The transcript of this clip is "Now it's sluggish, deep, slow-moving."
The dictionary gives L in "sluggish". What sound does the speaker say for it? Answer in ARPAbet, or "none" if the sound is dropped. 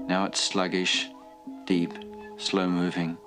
L